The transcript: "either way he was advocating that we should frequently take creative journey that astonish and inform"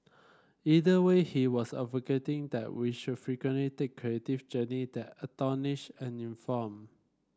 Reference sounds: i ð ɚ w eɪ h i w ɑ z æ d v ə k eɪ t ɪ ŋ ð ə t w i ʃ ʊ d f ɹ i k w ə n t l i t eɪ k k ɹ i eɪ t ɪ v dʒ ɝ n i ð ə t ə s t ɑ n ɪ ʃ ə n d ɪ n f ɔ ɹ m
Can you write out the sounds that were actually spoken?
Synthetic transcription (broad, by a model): i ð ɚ w eɪ h i w ɑ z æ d v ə k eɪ t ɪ ŋ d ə t w i ʃ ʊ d f ɹ i k w ə n t l i t eɪ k k ɹ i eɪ t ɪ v dʒ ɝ n i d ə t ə t ɑ n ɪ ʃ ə n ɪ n f ɔ m